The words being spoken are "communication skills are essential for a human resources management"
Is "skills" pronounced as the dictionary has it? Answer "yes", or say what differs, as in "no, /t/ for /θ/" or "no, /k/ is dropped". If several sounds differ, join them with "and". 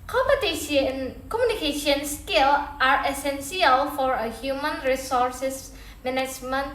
no, /z/ is dropped